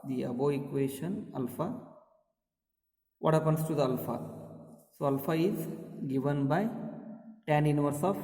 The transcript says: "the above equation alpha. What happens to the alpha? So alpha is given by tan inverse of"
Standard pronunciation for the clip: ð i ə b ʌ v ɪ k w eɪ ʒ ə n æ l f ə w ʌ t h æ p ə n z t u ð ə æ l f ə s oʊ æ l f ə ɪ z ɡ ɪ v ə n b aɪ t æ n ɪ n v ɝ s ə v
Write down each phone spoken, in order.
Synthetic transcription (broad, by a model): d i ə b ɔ ɪ k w eɪ ʃ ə n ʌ l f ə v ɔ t h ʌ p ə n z t u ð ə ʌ l f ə s oʊ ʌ l f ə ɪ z ɡ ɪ v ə n b aɪ t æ n ɪ n v ɝ s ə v